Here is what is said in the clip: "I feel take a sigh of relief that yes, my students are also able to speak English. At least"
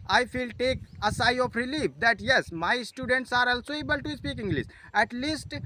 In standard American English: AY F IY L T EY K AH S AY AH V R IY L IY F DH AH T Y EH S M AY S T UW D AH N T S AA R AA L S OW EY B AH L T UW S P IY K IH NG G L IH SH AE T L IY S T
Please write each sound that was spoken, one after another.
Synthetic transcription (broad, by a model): AY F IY L T EY K AH S AY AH P R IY L IY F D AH T Y EH S M AY S T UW D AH N T S AA R AA L S OW EY B AH L T UW S P IY K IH NG G L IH S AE T L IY S T